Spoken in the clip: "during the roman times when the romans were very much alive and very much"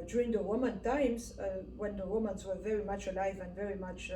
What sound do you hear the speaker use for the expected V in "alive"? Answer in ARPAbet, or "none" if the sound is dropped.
V